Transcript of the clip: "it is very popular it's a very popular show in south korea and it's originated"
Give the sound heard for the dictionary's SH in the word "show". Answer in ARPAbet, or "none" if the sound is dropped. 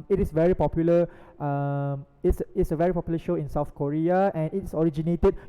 SH